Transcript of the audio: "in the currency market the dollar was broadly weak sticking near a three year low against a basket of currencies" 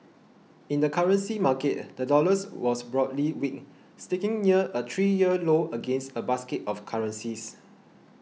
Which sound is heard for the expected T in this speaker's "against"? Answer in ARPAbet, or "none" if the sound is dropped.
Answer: T